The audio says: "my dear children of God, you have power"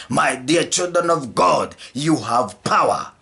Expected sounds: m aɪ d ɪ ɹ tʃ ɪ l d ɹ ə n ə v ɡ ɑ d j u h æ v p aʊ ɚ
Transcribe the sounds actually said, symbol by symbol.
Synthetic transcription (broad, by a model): m aɪ d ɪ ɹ tʃ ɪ l d ɹ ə n ə v ɡ ɑ d j u h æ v p aʊ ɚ